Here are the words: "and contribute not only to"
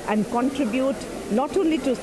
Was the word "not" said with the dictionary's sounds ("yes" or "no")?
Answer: no